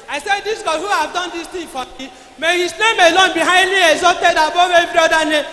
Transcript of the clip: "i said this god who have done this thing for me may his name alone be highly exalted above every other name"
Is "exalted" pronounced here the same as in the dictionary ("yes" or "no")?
no